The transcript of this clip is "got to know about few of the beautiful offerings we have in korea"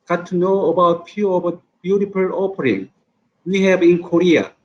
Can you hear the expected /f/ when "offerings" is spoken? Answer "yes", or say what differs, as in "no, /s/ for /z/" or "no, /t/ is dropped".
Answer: no, /p/ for /f/